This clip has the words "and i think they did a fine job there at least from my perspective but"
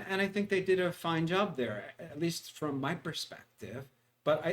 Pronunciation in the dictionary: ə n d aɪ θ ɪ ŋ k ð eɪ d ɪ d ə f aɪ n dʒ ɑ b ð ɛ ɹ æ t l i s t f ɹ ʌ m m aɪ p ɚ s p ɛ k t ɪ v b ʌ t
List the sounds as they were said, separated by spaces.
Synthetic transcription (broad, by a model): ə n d aɪ θ ɪ ŋ k ð eɪ d ɪ d ə f aɪ n dʒ ɑ b ð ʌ ɹ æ t l i s t f ɹ ʌ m m aɪ p ɚ s p ɛ k t ɪ v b ʌ t